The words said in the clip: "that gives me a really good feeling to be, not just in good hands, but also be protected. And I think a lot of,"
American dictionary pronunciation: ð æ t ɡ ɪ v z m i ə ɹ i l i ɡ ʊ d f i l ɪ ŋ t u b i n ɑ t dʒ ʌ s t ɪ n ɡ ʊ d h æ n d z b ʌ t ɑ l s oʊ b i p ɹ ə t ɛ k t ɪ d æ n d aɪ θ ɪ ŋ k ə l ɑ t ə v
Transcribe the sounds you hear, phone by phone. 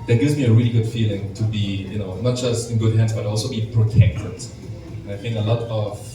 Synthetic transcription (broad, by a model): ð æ t ɡ ɪ v z m i ə ɹ i l i ɡ ʊ d f i l ɪ ŋ t u b i n ɑ t dʒ ʌ s t ɪ n ɡ ʊ d h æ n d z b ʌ t ɑ l s oʊ b i p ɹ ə t ɛ k t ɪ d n aɪ θ ɪ ŋ k ə l ɑ t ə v